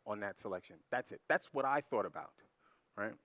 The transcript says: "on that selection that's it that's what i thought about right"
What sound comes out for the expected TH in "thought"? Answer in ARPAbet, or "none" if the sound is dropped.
TH